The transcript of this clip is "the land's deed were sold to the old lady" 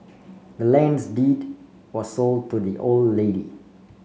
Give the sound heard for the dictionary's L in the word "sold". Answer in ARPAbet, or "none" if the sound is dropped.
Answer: L